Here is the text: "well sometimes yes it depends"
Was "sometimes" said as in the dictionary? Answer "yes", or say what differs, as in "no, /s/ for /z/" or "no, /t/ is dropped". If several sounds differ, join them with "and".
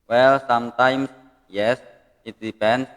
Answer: no, /s/ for /z/